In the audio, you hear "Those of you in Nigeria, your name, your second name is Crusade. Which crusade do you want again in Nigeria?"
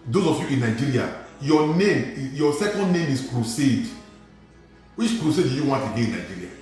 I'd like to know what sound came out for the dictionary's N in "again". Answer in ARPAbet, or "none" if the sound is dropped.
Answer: none